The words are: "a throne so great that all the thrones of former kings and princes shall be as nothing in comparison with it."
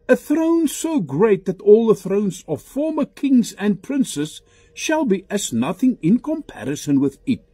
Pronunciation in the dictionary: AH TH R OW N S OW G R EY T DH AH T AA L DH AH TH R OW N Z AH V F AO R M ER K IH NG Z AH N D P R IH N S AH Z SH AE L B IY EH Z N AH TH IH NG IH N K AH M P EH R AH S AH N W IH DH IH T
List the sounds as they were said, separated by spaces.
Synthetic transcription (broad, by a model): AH TH R OW N S OW G R EY T DH AH T AA L DH AH TH R OW N Z AH V F AO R M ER K IH NG Z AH N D P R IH N S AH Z SH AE L B IY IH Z N AH TH IH NG IH N K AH M P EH R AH S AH N W IH DH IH T